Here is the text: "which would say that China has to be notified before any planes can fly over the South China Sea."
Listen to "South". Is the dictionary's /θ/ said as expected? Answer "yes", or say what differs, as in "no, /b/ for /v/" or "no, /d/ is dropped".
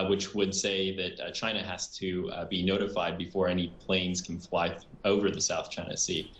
yes